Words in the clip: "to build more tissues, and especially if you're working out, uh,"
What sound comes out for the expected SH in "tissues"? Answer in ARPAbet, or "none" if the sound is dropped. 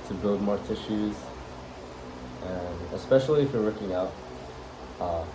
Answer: SH